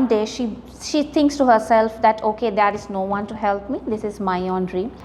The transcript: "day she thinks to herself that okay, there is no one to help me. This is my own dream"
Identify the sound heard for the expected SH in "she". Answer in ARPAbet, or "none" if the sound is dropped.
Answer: SH